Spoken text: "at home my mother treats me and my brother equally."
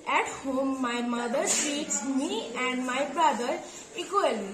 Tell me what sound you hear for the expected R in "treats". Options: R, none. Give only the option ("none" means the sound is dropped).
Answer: none